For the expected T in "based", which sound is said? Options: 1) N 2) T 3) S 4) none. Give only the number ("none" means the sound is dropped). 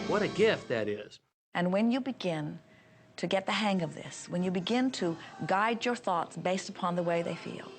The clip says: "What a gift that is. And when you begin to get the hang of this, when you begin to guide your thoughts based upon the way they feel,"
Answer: 2